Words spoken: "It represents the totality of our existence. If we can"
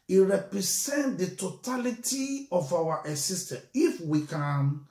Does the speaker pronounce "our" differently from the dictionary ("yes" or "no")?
yes